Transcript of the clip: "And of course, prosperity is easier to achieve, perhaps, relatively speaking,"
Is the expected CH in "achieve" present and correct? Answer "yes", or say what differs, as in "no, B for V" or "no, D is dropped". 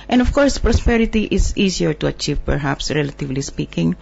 yes